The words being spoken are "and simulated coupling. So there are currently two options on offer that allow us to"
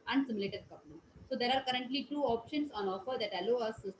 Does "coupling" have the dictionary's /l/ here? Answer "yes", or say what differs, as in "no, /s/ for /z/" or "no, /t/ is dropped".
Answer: no, /n/ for /l/